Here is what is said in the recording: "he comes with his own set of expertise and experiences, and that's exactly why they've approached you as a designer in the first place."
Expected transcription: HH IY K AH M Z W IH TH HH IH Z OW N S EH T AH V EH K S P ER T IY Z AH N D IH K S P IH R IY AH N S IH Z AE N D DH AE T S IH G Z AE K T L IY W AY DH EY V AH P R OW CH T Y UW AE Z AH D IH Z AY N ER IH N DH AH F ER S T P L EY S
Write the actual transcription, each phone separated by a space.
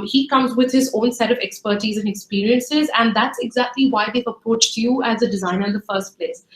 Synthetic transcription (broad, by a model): HH IY K AH M Z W IH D HH IH Z OW N S EH T AH V EH K S P ER T IY Z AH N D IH K S P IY R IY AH N S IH Z AE N D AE T S IH G Z AE K T L IY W AY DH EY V AH P R OW CH T Y UW AE Z AH D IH Z AY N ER IH N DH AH F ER S T P L EY S